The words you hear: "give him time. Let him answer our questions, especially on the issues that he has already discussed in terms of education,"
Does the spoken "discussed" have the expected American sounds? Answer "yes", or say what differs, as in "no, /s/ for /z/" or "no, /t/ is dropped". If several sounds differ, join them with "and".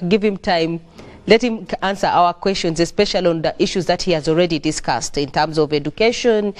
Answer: yes